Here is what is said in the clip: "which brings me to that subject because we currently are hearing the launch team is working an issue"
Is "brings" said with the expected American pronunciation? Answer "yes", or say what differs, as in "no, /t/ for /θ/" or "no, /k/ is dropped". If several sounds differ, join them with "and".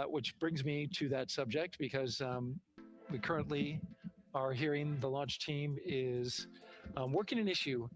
yes